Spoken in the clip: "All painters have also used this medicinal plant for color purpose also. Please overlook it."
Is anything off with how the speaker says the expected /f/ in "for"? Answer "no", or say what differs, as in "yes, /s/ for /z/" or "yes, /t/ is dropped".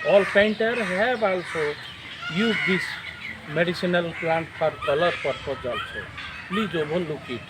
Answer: yes, /p/ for /f/